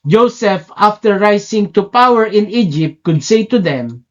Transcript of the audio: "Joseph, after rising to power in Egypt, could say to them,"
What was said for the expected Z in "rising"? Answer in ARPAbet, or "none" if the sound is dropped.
S